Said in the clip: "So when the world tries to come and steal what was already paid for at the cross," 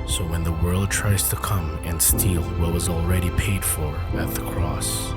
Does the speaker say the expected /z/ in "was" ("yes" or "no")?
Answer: yes